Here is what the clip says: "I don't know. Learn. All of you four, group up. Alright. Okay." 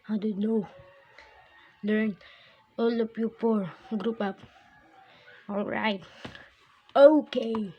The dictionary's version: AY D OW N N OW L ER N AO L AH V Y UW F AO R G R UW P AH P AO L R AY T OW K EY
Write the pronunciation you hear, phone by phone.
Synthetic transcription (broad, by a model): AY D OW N N OW L ER N AO L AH P Y UW P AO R G R UW P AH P AO L R AY T OW K EY